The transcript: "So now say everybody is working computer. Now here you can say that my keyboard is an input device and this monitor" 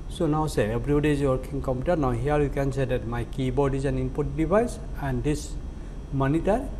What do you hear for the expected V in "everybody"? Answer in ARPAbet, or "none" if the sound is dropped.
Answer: B